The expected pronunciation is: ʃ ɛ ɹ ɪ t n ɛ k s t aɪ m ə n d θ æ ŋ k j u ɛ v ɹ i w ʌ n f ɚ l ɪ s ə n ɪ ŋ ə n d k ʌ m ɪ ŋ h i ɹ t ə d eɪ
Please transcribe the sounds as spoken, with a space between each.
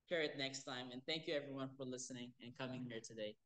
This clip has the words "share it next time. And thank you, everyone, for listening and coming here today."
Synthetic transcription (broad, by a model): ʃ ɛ ɹ ɪ t n ɛ k s t aɪ m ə n θ æ ŋ k j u ɛ v ɹ i w ʌ n f ɚ l ɪ s ə n ɪ ŋ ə n k ʌ m ɪ ŋ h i ɹ t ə d eɪ